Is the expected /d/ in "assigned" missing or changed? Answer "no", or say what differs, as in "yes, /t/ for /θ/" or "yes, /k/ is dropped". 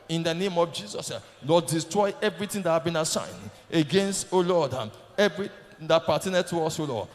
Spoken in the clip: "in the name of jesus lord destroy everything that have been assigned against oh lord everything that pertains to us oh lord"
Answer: no